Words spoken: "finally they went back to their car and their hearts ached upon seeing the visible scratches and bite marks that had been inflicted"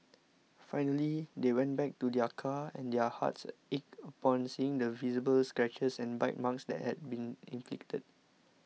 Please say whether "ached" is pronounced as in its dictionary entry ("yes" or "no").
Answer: no